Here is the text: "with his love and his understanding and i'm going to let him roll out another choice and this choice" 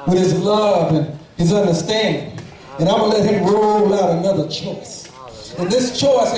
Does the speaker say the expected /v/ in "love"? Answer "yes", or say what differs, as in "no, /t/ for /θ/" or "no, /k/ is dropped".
yes